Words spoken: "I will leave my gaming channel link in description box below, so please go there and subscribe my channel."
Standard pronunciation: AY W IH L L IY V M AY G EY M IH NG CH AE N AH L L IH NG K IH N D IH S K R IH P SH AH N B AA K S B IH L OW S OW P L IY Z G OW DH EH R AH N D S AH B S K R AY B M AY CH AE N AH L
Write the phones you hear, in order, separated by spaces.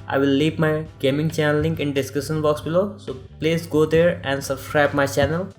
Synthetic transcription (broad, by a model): AY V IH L L IY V M AY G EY M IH NG CH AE N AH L L IH NG K IH N D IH S K AH SH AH N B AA K S B IH L OW S OW P L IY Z G OW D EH R AH N D S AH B S K R AY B M AY CH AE N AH L